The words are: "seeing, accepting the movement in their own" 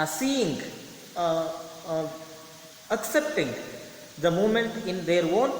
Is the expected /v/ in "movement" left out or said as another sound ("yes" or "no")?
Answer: yes